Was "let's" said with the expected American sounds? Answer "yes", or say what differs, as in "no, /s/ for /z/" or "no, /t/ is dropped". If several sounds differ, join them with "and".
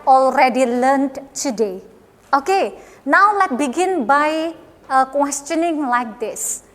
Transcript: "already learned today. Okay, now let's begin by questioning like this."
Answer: no, /s/ is dropped